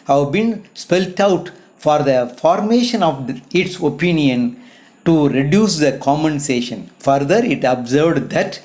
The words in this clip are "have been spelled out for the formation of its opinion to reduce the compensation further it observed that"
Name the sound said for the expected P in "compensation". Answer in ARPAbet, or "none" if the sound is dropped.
none